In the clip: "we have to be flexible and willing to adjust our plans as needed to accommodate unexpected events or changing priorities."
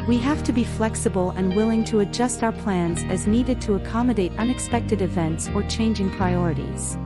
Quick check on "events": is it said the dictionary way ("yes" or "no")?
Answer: yes